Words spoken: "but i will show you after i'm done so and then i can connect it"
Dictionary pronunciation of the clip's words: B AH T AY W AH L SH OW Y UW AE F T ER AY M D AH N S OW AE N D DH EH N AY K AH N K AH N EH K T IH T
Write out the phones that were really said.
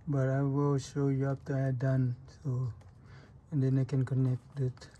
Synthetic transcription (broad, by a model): B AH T AY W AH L SH OW Y UW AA P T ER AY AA D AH N S OW N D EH N AY K AH N K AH N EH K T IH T